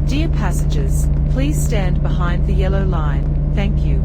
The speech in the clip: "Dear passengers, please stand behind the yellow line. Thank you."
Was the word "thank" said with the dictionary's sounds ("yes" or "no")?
yes